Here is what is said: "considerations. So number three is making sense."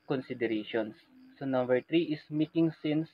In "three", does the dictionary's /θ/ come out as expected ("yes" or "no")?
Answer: no